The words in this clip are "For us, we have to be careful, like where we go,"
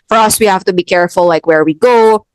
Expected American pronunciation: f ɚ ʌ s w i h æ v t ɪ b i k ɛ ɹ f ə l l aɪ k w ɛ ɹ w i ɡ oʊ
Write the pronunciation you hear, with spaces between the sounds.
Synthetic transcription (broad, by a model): f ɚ ʌ s w i h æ f t ɪ b i k ɛ ɹ f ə l l aɪ k w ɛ ɹ w i ɡ oʊ